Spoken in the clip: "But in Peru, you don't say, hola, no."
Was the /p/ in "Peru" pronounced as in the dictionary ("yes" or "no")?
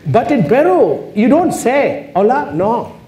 no